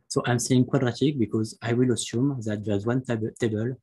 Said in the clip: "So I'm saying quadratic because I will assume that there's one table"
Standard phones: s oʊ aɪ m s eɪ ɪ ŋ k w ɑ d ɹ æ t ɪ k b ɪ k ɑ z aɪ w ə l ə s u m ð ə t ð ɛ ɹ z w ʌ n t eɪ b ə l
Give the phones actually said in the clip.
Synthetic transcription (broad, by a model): s oʊ aɪ m s eɪ ɪ ŋ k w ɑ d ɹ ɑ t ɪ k b ɪ k ɑ z aɪ w ə l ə s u m ð ə t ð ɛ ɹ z w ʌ n t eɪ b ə l